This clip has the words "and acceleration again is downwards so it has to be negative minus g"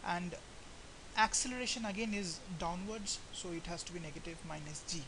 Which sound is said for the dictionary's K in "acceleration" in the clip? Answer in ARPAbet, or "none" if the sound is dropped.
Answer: K